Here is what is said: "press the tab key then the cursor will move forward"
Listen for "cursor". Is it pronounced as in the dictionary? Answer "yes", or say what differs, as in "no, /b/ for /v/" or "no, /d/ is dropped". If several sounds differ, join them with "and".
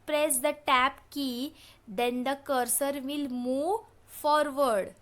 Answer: yes